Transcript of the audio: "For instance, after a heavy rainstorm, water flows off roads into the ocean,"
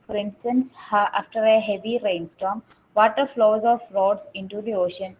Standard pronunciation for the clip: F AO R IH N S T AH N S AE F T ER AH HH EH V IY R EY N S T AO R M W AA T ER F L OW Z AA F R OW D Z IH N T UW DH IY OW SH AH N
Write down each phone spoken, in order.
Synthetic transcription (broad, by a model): F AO R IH N S T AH N S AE F T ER AH HH EH V IY R EY N S T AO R M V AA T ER F L OW Z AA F R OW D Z IH N T UW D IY OW SH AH N